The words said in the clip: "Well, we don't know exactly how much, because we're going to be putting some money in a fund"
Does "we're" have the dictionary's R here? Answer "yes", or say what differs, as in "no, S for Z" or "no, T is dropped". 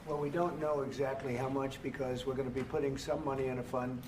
yes